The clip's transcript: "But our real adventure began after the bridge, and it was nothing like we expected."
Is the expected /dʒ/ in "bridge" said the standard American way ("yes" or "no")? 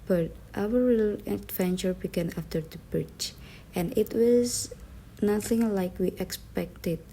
no